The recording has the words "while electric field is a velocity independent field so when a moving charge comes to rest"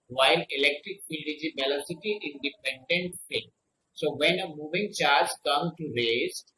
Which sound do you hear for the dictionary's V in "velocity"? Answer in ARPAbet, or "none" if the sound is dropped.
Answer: B